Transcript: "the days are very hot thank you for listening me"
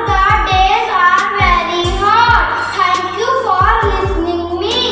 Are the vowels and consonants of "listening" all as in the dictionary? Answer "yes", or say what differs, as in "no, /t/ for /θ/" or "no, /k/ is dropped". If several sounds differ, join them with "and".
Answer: yes